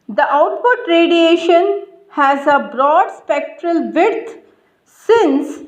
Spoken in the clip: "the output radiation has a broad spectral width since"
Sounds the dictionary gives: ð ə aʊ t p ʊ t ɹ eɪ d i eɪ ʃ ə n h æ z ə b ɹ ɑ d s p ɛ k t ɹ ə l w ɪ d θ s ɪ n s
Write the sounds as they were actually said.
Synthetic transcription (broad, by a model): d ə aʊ t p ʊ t ɹ eɪ d i eɪ ʃ ə n h æ z ə b ɹ ɑ d s p ɛ k t ɹ ə l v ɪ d t s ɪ n s